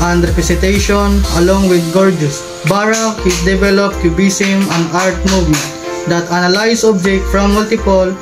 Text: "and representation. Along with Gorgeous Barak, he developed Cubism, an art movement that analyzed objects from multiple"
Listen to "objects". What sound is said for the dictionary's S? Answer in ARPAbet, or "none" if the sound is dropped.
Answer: none